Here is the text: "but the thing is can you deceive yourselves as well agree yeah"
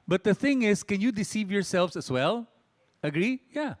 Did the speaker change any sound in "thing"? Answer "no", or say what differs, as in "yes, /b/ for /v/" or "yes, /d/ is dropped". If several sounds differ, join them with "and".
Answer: no